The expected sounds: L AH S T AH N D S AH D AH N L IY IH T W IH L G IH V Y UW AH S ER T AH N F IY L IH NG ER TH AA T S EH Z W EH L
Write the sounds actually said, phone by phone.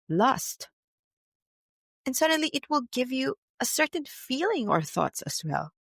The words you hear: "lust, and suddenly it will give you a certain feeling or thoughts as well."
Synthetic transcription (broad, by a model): L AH S T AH N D S AH D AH N L IY IH T W IH L G IH V Y UW AH S ER T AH N F IY L IH NG ER TH AA T S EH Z W EH L